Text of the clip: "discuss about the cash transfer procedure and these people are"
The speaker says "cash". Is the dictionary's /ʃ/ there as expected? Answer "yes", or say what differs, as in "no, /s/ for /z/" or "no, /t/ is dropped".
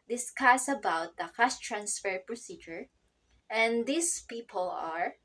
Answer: no, /s/ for /ʃ/